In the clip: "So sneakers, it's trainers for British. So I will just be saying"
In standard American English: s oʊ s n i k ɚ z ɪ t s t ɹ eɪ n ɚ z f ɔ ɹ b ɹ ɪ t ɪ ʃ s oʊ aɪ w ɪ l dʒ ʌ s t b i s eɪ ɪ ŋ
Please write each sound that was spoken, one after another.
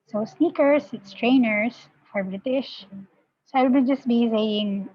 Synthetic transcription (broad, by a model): s oʊ s n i k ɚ s ɪ t s t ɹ eɪ n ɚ s f ɔ ɹ b ɹ ɪ t ɪ ʃ s oʊ aɪ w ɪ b dʒ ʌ s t b i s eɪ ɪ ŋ